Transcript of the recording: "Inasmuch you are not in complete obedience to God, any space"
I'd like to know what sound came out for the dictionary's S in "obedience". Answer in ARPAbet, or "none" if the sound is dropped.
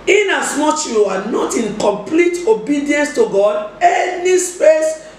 S